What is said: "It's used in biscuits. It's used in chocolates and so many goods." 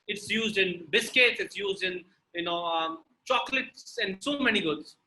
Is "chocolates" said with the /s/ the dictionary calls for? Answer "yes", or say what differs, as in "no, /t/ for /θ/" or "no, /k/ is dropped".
yes